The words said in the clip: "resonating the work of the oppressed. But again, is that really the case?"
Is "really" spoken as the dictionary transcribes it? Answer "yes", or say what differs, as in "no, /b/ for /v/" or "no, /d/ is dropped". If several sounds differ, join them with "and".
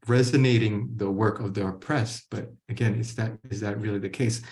yes